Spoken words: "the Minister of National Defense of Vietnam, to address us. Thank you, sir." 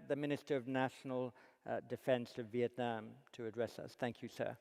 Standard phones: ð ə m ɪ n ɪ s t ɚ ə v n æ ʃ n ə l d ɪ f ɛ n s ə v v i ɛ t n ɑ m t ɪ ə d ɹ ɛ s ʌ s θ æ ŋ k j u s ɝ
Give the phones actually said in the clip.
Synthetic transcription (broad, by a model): ð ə m ɪ n ɪ s t ɚ ə v n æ ʃ n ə l d ɪ f ɛ n s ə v v i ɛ t n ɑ m t ɪ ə d ɹ ɛ s ʌ s θ æ ŋ k j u s ɝ